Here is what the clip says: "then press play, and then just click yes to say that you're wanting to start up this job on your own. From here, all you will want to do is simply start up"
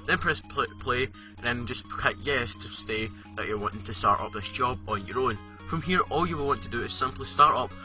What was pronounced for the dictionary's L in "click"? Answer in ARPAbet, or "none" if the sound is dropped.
none